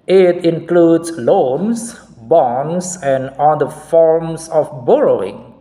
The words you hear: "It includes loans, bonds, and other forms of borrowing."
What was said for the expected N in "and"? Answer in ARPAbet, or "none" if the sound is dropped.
L